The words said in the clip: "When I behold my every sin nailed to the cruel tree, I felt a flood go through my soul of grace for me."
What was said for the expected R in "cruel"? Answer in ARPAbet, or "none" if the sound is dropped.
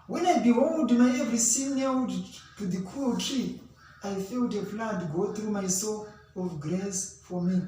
none